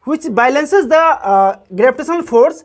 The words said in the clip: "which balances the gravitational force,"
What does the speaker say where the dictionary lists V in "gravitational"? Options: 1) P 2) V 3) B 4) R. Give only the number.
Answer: 3